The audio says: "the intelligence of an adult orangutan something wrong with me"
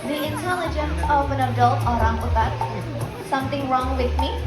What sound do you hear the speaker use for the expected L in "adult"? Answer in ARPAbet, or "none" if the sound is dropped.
L